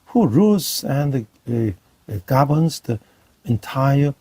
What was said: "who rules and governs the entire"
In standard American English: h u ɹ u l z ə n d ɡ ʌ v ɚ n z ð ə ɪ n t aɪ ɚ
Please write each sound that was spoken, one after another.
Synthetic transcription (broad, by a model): h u ɹ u z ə n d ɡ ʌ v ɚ n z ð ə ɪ n t aɪ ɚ